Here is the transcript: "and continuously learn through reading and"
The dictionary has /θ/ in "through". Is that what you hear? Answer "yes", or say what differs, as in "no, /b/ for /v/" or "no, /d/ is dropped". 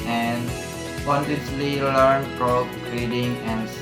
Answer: no, /f/ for /θ/